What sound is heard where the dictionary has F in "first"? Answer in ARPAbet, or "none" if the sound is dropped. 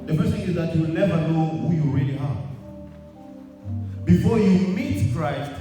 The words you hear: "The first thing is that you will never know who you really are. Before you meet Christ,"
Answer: P